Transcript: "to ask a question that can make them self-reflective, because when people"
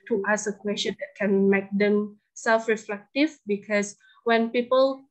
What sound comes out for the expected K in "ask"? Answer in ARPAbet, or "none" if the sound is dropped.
none